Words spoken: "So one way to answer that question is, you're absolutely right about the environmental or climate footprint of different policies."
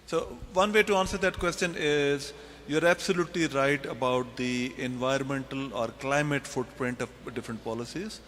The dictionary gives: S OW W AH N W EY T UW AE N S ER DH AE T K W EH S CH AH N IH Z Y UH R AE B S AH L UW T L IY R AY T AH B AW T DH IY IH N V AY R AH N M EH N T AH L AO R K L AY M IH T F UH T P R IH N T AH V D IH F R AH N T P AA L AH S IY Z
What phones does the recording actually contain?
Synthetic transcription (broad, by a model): S OW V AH N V EY T UW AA N S ER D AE T K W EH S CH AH N IH Z Y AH R AE B S AH L UW T L IY R AY T AH B AW T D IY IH N V AY R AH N M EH N T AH L AO R K L AY M IH T F UH T P R IH N T AH V D IH F R AH N T P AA L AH S IY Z